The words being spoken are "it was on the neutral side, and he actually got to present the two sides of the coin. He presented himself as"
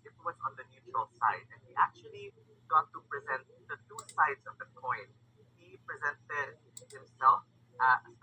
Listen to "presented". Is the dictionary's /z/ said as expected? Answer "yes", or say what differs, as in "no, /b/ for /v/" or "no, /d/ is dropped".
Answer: yes